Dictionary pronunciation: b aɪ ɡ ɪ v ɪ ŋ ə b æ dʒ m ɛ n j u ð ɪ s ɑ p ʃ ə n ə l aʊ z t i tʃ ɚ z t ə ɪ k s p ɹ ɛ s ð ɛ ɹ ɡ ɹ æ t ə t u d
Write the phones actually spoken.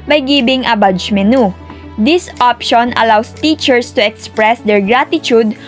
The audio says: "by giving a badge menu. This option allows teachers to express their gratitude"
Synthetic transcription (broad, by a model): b aɪ ɡ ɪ b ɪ ŋ ə b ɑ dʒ m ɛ n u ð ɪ s ɑ p ʃ ə n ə l aʊ s t i tʃ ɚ s t ə ɪ k s p ɹ ɛ s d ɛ ɹ ɡ ɹ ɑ t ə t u d